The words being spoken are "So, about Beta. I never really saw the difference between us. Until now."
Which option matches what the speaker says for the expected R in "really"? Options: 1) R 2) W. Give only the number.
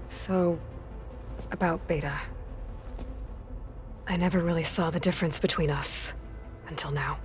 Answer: 1